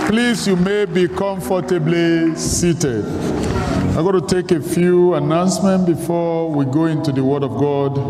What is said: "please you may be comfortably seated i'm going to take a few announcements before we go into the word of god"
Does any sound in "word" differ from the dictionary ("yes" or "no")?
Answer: no